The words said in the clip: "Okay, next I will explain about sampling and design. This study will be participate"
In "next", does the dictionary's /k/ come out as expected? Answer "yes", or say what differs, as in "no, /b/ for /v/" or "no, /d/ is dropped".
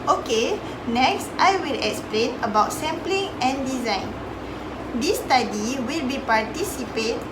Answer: yes